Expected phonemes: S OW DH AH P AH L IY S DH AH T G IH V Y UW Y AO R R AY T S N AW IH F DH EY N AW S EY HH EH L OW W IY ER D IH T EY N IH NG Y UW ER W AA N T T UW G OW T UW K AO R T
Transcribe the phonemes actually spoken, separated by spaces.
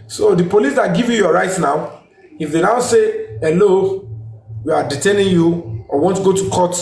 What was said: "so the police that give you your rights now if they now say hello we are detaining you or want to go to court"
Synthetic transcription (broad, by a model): S OW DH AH P AH L IY S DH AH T G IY V Y UW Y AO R R AY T N AW IH F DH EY N AW S EY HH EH L OW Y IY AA D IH T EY N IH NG Y UW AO W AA N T T UW G OW T UW K AO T